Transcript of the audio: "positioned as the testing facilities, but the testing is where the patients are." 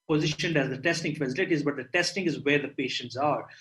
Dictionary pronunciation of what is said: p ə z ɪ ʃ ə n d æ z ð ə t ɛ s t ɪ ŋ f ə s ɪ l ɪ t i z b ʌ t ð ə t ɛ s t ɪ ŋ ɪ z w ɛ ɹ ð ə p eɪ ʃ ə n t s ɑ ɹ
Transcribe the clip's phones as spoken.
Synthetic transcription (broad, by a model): p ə z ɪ ʃ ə n d æ z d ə t ɛ s t ɪ ŋ f ə s ɪ l ɪ t i z b ʌ t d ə t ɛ s t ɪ ŋ ɪ z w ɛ ɹ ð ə p eɪ ʃ ə n t s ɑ ɹ